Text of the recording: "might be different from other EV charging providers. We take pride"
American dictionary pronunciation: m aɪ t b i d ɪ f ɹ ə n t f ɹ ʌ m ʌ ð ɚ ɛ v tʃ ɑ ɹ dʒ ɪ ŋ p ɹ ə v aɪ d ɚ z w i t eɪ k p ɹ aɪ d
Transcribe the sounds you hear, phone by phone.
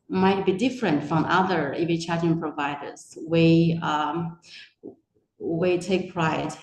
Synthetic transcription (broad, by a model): m aɪ t b i d ɪ f ɹ ə n t f ɹ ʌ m ʌ ð ɚ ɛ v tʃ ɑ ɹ ɪ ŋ p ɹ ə v aɪ d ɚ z w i t eɪ k p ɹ aɪ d